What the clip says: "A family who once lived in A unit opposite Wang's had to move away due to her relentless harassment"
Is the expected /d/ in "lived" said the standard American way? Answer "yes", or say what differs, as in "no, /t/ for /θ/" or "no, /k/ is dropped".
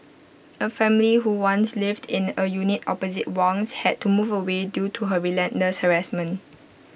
yes